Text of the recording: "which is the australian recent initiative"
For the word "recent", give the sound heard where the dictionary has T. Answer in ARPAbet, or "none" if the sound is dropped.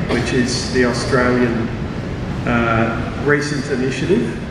T